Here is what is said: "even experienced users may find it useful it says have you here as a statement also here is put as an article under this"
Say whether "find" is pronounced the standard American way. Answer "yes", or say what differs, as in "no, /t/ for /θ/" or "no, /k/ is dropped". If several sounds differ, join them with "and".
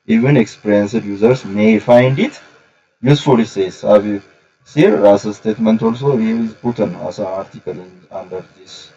yes